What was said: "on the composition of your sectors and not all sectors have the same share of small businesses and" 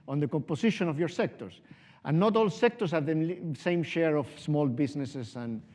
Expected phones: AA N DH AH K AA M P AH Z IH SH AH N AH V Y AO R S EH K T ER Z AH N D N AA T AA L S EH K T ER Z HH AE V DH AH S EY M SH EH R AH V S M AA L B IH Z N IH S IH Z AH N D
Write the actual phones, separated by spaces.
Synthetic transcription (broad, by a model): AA N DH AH K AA M P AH S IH SH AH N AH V Y AO R S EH K T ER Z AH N N AA T AA L S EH K T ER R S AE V DH AH S EY M SH EH R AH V S M AA L B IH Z N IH S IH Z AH N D